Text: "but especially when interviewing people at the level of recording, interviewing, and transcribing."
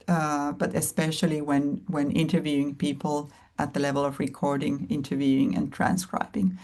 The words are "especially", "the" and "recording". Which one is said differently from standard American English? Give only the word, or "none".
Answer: especially